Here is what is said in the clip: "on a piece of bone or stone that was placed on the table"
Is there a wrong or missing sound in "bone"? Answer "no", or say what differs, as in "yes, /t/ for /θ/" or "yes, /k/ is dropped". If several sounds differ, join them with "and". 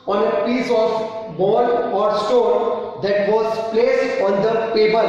yes, /l/ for /n/